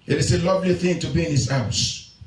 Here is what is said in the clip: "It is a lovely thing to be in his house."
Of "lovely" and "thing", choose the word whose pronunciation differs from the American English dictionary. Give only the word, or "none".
none